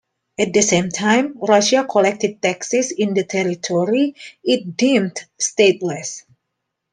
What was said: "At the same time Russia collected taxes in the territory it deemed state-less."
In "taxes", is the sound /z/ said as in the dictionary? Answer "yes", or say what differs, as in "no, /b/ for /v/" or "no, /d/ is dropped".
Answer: no, /s/ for /z/